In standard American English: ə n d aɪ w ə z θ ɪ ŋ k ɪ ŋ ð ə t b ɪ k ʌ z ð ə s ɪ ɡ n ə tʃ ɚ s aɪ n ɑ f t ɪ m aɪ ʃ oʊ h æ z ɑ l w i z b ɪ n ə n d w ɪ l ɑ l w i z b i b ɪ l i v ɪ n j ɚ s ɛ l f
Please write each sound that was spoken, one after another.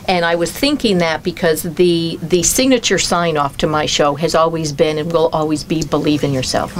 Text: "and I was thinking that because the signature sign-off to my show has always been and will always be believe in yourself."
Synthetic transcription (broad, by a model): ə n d aɪ w ə z θ ɪ ŋ k ɪ ŋ ð ə t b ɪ k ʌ z ð ə s ɪ ɡ n ə tʃ ɚ s aɪ n ɑ f t ɪ m aɪ ʃ oʊ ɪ z ɑ l w i z b ɪ n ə n w ɪ l ɑ l w i z b i b ɪ l i v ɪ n j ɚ s ɛ l f